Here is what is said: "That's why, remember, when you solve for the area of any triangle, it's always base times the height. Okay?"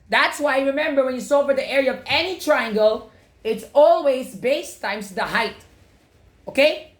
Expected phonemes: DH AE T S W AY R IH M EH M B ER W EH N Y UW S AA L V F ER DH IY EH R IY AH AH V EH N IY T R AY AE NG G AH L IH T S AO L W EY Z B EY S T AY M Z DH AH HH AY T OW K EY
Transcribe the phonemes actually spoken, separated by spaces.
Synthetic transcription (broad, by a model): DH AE T S W AY R IH M EH M B ER W EH N Y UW S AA V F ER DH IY EH R IY AH AH V EH N IY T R AY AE NG G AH L IH T S AO L W EY Z B EY S T AY M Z DH AH HH AY T OW K EY